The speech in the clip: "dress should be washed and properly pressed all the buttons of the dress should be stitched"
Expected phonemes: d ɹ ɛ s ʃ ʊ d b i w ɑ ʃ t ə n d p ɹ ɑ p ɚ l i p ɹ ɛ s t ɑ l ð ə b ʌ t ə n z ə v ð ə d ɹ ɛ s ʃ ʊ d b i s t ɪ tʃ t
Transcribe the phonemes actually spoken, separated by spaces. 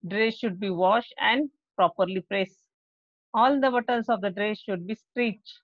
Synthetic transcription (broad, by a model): d ɹ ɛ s ʃ ʊ d b i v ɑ ʃ t ə n d p ɹ ɑ p ɚ l i p ɹ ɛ s ɑ l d ə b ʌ t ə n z ə v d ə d ɹ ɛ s ʃ ʊ d b i s t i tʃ